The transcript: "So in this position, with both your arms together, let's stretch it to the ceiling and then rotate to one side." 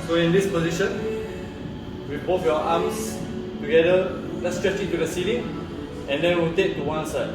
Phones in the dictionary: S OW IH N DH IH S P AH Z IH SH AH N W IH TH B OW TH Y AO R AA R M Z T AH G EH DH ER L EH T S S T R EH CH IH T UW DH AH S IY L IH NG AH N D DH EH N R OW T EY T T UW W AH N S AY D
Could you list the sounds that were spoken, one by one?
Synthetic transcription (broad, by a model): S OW IH N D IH S P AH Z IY SH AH N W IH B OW T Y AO AA M S T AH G EH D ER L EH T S S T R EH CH IH T UW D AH S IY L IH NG AH N D EH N W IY T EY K T UW W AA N S AY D